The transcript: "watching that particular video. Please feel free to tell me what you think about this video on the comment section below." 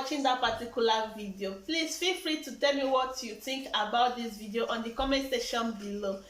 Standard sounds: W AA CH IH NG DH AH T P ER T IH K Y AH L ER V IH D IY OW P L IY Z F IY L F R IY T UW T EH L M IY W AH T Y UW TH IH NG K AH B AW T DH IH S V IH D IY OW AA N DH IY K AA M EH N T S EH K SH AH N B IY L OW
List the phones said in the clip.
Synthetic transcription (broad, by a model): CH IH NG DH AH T P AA T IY K Y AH L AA V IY D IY OW P L IY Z F IY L F R IY T UW T EH L M IY W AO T Y UW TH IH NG K AH B AW T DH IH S V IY D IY OW AA N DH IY K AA M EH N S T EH SH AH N B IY L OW